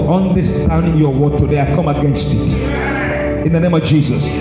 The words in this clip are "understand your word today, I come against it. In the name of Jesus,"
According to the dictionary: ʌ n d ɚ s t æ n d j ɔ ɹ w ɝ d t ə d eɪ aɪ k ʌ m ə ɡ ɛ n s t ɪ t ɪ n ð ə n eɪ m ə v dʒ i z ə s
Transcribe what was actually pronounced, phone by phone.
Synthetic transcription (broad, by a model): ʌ n d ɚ s t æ n d j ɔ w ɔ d t ə d eɪ aɪ k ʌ m ə ɡ ɛ n s t ɪ t ɪ n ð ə n eɪ m ə v dʒ i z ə s